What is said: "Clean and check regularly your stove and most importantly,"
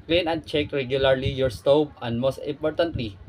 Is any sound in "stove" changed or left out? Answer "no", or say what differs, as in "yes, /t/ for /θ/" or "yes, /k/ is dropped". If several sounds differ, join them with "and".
yes, /b/ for /v/